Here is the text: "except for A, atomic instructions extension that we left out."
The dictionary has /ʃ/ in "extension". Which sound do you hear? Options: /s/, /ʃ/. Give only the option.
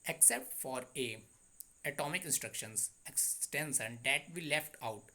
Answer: /s/